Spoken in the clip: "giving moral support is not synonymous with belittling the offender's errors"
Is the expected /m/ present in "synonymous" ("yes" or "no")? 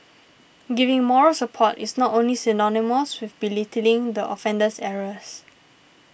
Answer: yes